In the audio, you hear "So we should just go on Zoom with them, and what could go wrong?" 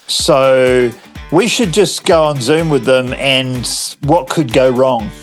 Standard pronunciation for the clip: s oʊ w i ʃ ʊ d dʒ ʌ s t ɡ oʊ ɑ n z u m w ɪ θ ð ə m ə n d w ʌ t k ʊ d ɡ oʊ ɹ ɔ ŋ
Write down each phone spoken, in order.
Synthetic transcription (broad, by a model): s oʊ w i ʃ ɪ d dʒ ʌ s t ɡ oʊ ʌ n z u m w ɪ ð ə m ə n w ʌ t k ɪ d ɡ oʊ ɹ ɔ ŋ